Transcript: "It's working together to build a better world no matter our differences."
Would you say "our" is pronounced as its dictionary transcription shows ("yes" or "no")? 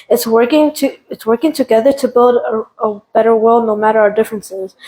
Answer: yes